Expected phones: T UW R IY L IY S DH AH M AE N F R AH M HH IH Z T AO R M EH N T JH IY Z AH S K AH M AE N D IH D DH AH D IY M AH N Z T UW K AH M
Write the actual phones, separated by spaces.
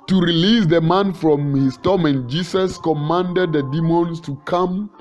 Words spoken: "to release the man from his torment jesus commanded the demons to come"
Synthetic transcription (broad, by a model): T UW R IY L IY S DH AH M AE N F R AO M HH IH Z T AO M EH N JH IY S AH S K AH M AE N D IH D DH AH D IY M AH N S T UW K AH M